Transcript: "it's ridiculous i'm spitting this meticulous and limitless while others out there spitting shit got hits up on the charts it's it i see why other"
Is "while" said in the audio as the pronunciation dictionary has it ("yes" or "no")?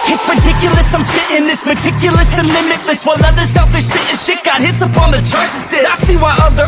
no